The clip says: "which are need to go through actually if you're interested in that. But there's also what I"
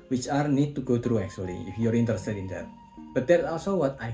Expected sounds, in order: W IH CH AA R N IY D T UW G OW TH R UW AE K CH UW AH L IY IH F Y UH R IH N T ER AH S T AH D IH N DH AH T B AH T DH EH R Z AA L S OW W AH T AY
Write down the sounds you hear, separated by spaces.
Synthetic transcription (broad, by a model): W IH CH AA R N IY D T UW G OW T R UW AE K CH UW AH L IY IH F Y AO R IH N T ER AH S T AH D IH N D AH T B AH T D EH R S AA L S OW W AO T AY